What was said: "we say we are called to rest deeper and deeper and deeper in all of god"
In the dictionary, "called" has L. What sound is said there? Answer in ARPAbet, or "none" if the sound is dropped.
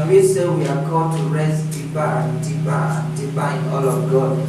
none